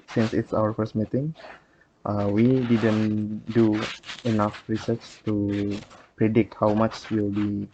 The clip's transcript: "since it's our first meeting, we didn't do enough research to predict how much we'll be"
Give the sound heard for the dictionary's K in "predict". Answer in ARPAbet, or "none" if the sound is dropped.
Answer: K